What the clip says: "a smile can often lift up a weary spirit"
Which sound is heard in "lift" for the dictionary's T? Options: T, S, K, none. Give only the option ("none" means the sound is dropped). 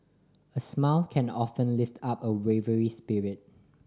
T